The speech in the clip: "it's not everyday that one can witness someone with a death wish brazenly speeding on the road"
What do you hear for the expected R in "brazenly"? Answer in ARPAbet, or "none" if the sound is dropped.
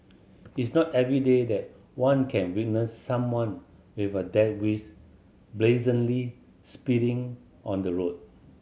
L